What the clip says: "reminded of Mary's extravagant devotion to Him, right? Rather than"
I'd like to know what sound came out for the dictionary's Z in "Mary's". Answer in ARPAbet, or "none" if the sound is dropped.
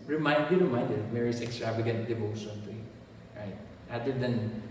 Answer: S